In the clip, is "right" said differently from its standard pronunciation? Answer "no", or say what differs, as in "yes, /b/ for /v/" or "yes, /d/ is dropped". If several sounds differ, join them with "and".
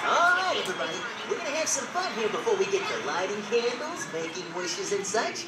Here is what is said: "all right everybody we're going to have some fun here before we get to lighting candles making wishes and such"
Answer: yes, /t/ is dropped